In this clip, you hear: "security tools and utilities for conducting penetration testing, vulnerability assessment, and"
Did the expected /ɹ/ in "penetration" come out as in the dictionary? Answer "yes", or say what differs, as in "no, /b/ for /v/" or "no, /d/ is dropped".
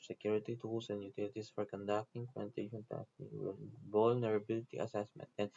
no, /ɹ/ is dropped